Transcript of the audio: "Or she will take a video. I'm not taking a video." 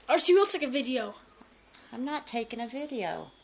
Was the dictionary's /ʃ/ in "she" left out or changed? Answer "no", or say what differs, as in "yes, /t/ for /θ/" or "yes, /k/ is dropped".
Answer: yes, /s/ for /ʃ/